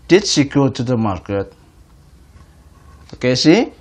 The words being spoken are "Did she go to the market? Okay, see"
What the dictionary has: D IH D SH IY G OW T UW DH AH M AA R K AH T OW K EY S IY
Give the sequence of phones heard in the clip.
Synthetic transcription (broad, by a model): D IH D S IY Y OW T UW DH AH M AA R K AH T OW K EY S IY